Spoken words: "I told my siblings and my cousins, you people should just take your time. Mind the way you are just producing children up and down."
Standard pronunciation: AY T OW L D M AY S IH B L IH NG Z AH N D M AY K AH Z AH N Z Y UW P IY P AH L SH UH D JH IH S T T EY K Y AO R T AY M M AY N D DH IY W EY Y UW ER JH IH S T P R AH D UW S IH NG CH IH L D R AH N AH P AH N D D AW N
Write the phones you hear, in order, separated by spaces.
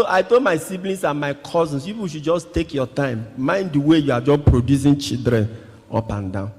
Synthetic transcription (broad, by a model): AY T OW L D M AY S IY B L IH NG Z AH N M AY K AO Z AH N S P IY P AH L SH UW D JH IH S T T EY K Y AO T AY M M AY N D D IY W EY Y UW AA JH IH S P R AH D UW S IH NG CH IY D R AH N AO P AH N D D AW N